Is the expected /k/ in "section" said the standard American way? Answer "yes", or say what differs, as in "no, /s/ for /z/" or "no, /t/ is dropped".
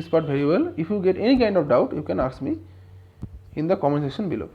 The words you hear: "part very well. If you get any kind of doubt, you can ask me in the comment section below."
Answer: no, /k/ is dropped